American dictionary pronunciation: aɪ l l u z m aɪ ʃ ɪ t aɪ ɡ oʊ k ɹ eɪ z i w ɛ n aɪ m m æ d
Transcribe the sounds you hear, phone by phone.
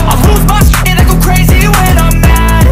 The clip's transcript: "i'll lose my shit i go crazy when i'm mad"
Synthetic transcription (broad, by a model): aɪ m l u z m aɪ s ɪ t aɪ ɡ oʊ k ɹ eɪ z i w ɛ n aɪ m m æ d